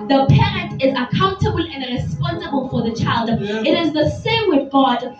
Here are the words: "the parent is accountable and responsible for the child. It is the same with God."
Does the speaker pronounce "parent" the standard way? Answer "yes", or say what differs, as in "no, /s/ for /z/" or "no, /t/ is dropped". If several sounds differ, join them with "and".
yes